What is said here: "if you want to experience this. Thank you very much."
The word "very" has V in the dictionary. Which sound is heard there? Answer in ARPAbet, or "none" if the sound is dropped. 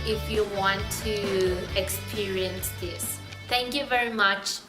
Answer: V